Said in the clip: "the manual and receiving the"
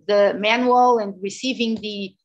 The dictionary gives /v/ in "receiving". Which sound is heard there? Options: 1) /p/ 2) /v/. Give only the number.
2